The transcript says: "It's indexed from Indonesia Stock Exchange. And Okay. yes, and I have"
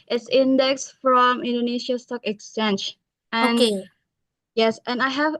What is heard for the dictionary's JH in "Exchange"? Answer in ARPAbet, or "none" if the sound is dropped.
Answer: SH